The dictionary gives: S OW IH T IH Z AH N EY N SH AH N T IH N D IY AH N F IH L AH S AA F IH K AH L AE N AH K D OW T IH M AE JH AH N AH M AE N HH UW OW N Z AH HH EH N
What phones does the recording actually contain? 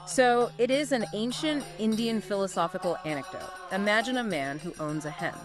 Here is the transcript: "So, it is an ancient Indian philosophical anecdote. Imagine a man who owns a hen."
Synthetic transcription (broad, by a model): S OW IH T IH Z AH N EY N SH AH N T IH N D IY AH N F IH L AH S AA F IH K L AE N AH K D OW T IH M AE JH AH N AH M AE N HH UW OW N Z AH HH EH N